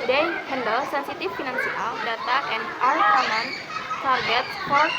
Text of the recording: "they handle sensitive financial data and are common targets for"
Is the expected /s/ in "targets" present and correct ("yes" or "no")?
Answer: no